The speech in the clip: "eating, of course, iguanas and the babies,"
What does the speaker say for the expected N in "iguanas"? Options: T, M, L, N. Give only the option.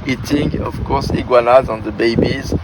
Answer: L